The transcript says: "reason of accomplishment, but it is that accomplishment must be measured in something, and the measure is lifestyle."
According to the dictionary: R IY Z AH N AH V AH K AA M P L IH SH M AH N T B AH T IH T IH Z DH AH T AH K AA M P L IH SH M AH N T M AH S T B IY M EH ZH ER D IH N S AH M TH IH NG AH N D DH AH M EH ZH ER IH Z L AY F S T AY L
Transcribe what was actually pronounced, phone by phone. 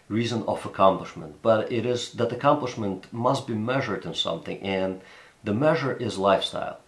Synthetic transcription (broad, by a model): R IY Z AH N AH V AH K AA M P L IH SH M AH N T B AH T IH T IH Z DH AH T AH K AA M P L IH SH M AH N T M AH S T B IY M EH ZH ER D IH N S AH M TH IH NG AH N DH AH M EH ZH ER IH Z L AY F S T AY L